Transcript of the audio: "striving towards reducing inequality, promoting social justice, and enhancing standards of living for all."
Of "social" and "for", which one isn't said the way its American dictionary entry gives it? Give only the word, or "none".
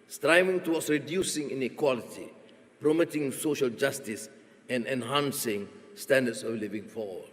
for